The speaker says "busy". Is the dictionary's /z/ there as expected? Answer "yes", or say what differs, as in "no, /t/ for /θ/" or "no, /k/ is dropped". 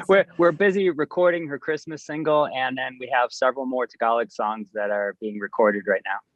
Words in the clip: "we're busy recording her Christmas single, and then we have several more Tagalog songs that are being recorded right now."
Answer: yes